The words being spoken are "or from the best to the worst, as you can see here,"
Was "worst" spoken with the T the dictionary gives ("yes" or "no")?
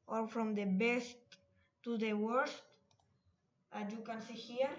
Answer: yes